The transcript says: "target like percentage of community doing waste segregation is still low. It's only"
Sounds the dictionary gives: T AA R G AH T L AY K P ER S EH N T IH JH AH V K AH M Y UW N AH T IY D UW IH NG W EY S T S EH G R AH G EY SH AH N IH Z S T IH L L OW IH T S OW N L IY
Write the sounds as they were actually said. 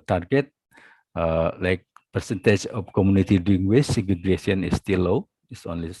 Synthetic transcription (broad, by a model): T AA R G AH T L AY K P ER S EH N T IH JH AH F K AH M Y UW N AH T IY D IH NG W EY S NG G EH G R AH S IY AH N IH S T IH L L OW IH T S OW N L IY